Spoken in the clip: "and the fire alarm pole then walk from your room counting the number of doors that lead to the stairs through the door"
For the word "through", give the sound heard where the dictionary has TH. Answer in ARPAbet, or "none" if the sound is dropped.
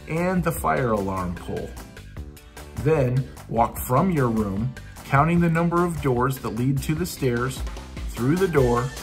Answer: TH